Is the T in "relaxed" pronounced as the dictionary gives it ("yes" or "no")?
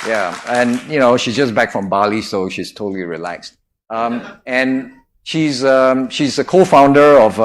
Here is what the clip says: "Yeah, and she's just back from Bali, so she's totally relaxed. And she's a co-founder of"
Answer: yes